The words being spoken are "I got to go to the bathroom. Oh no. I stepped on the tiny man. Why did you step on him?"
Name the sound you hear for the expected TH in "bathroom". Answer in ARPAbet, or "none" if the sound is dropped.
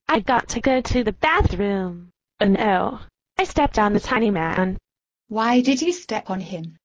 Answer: TH